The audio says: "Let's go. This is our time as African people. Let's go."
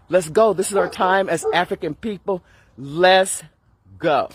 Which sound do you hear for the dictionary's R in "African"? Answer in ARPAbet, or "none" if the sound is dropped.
R